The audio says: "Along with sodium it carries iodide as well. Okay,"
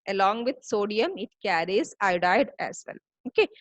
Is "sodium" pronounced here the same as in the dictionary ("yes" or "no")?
yes